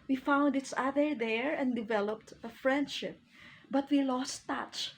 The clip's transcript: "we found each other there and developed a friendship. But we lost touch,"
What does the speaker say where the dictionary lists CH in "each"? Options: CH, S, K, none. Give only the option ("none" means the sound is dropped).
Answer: S